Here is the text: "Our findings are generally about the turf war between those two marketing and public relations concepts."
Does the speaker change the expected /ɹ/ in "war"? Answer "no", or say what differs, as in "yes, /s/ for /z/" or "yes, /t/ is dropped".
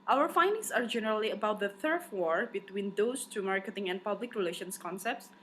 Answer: no